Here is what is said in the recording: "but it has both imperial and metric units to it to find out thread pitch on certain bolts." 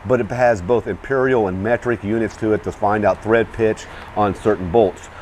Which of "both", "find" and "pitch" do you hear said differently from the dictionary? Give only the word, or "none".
none